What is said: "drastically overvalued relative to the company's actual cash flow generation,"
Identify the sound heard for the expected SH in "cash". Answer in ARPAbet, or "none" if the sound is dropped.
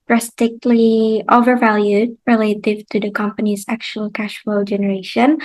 SH